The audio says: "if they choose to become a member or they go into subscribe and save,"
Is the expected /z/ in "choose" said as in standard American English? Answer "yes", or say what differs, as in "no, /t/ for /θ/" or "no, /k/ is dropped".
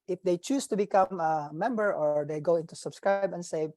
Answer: no, /s/ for /z/